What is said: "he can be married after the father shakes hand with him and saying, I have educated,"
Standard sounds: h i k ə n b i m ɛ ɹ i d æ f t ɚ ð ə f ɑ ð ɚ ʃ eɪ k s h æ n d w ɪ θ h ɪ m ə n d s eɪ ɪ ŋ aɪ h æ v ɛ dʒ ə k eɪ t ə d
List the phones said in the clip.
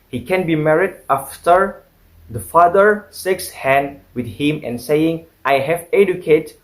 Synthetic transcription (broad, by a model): h i k ə n b i m ɛ ɹ i d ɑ f t ɚ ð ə f ɑ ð ɚ s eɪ k s h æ n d w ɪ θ h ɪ m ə n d s eɪ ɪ ŋ aɪ h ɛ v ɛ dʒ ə k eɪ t